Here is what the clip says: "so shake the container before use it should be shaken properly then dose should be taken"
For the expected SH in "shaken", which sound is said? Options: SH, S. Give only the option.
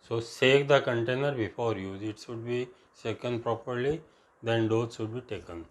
S